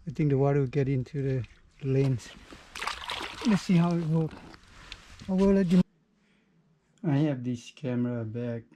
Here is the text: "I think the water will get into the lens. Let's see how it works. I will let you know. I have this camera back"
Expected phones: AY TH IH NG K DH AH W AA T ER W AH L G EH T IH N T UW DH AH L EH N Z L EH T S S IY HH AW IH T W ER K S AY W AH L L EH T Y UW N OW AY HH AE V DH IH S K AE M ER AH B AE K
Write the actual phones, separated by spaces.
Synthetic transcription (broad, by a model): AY T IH NG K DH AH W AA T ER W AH G EH T IH N T UW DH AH L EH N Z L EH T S S IY HH AW IH T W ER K AY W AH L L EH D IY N AY HH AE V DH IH S K AE M ER AH B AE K